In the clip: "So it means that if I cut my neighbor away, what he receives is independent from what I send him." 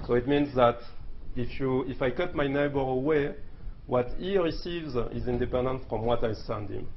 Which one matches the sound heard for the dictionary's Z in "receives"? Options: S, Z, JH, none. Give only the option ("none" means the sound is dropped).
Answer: Z